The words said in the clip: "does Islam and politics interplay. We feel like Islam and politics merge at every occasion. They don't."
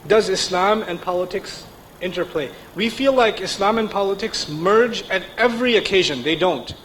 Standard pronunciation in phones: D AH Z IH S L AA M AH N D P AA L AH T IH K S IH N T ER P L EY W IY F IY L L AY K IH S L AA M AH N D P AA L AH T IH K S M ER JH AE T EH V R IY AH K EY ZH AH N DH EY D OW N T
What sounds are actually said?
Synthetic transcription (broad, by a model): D AH Z IH S L AA M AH N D P AA L AH T IH K S IH N T ER P L EY W IY F IY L L AY K IH S L AA M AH N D P AA L AH T IH K S M ER JH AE T EH V R IY AH K EY ZH AH N DH EY D OW N T